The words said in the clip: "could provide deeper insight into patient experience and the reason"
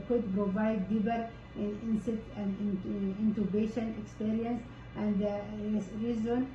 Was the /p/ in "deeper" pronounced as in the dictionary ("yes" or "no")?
no